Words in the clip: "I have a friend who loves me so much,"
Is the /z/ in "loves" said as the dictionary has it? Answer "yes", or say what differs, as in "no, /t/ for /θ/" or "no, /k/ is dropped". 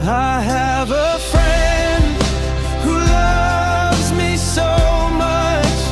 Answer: yes